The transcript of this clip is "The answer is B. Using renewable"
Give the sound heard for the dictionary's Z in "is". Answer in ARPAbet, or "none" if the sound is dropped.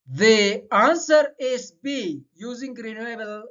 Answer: S